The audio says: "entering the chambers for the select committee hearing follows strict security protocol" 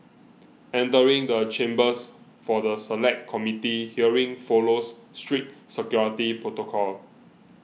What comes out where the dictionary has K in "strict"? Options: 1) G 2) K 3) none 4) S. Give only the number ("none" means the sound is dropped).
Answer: 3